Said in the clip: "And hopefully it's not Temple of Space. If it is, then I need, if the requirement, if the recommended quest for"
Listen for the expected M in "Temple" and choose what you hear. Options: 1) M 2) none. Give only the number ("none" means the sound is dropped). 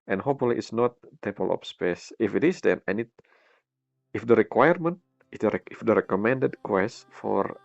2